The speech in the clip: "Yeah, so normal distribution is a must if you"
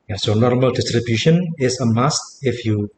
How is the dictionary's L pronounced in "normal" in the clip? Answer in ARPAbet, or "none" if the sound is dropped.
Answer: L